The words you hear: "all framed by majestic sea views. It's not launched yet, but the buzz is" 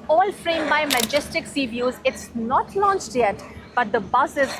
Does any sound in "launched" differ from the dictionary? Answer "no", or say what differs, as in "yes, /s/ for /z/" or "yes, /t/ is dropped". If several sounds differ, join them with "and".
no